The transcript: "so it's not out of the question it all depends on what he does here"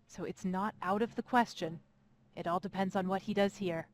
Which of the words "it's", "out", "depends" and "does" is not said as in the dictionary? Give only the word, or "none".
none